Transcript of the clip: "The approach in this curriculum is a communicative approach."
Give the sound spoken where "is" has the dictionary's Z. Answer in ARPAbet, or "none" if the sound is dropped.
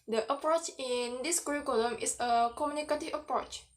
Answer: S